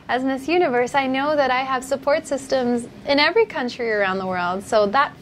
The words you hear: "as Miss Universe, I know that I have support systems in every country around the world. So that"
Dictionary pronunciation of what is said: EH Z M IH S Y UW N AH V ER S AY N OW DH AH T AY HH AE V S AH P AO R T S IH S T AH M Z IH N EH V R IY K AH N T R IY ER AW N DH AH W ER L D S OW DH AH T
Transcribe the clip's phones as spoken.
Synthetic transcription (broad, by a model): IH Z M IH S Y UW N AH V ER S AY N OW DH AH T AY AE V S AH P AO R T S IH S T AH M Z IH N EH V R IY K AH N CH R IY ER AW N DH AH W ER L D S OW DH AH T